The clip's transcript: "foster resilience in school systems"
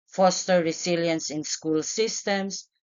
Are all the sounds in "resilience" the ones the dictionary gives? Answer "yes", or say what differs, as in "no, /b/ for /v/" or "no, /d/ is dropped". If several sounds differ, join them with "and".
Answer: no, /s/ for /z/